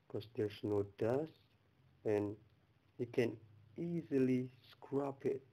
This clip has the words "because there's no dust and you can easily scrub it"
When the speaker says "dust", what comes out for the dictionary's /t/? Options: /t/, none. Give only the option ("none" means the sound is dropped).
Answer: none